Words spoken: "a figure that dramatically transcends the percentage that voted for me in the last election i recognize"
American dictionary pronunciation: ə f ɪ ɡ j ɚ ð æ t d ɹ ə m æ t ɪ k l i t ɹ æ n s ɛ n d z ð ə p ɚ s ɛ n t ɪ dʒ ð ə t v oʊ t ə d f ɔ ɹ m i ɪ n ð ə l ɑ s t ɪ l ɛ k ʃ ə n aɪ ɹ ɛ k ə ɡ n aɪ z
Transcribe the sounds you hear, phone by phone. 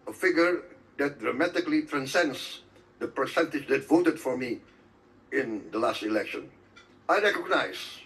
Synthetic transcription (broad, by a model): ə f ɪ ɡ j ɚ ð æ t d ɹ ə m æ t ɪ k l i t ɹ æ n s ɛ n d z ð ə p ɚ s ɛ n t ɪ dʒ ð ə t v oʊ t ə d f ɔ ɹ m i ɪ n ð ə l ɑ s t ɪ l ɛ k ʃ ə n aɪ ɹ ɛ k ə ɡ n aɪ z